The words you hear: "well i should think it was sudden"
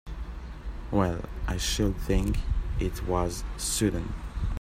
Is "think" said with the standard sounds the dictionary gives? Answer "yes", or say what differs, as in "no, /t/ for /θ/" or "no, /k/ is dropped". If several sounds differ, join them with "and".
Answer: yes